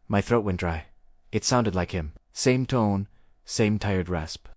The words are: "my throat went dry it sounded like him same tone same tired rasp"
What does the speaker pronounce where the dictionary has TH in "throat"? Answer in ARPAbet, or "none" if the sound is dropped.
TH